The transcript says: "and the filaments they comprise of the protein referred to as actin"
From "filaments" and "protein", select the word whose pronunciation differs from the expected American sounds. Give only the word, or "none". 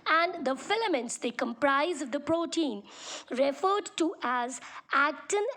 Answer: none